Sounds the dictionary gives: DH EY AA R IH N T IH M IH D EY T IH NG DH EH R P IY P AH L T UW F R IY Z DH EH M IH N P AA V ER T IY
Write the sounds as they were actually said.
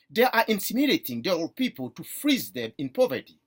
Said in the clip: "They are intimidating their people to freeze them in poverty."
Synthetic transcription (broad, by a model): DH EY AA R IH N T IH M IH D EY T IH NG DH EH L P IY P AH L T UW F R IY Z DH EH M IH N P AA V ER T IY